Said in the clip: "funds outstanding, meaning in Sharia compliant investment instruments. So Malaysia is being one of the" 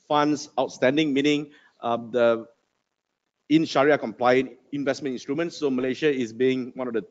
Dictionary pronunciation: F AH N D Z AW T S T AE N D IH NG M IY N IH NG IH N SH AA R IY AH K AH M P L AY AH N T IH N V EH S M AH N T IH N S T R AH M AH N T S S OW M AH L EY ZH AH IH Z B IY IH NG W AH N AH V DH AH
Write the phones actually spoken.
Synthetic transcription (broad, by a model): F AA N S AW T S T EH N D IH NG M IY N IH NG IH N SH AA R IY AH K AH M P L AY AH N IH N V EH S M AH N T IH N S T R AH M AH N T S S OW M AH L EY SH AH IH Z B IY IH NG W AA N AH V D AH